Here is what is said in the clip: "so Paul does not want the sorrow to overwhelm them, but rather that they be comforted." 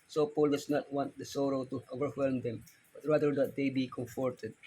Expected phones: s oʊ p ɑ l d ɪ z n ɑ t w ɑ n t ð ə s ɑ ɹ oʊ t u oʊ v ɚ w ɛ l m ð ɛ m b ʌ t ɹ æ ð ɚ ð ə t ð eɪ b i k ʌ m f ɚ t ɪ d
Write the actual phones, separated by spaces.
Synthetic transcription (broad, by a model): s oʊ p ɑ l d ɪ s n ɑ t w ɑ n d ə s ɑ ɹ oʊ t u oʊ v ɚ w ɛ l m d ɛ m b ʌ t ɹ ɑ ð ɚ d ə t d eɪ b i k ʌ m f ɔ t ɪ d